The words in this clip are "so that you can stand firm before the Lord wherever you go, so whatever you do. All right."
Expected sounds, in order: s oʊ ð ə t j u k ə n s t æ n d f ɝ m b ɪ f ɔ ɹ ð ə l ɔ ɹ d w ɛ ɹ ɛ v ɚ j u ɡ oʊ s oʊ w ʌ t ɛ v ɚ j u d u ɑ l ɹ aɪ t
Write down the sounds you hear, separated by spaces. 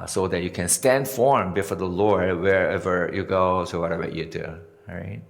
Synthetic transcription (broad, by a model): s oʊ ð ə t j u k ə n s t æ n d f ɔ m b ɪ f ɔ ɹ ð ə l ɔ ɹ d w ɛ ɹ ɛ v ɚ j u ɡ oʊ s oʊ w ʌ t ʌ b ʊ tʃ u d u ɹ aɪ t